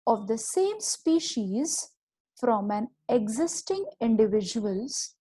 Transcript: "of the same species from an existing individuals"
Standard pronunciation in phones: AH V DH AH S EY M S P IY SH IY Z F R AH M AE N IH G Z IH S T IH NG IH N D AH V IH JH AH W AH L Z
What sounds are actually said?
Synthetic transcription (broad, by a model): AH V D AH S EY M S P IY SH IY Z F R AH M AE N IH G Z IH S T IH NG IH N D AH V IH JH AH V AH L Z